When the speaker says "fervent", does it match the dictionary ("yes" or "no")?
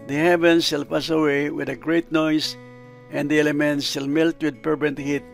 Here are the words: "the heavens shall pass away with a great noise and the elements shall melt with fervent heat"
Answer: no